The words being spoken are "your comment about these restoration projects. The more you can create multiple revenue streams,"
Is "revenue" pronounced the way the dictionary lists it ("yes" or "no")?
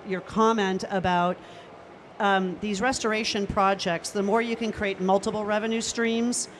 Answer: yes